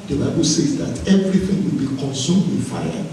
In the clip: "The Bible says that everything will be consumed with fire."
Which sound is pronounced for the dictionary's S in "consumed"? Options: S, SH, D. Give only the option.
S